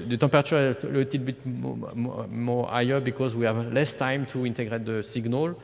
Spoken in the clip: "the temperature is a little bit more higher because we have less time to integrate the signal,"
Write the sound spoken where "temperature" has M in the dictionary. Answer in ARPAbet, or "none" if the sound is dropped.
none